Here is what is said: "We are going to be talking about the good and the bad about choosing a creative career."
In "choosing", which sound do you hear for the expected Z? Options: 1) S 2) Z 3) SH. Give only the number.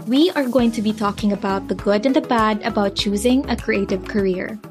2